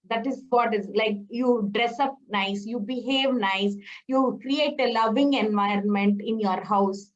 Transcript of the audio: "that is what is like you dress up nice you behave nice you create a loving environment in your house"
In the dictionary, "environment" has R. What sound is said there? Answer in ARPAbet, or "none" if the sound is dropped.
R